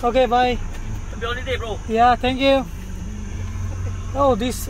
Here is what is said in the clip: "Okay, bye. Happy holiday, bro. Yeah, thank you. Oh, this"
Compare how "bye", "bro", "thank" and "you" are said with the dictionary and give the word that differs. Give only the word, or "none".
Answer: thank